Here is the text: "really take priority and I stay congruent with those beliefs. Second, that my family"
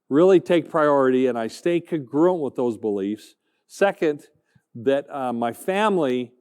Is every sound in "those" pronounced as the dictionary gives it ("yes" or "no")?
yes